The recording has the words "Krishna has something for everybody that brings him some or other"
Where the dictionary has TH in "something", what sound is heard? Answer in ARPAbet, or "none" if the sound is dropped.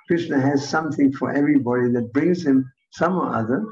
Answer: TH